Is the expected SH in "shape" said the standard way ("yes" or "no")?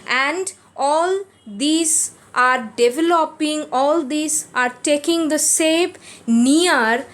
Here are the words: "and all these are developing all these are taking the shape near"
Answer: no